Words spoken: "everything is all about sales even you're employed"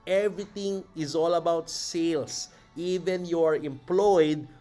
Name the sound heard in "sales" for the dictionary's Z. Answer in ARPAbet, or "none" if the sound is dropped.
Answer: S